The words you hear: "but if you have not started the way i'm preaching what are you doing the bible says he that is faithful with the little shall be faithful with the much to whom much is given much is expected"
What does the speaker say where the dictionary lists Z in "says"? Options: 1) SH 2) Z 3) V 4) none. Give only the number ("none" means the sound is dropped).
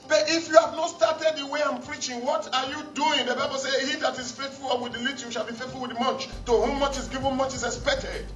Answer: 4